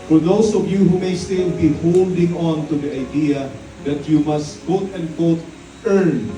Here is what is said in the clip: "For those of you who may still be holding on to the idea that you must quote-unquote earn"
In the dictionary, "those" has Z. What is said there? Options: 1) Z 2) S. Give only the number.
2